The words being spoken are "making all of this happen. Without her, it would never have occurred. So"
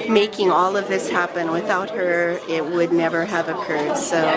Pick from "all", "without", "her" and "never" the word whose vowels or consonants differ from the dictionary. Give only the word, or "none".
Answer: none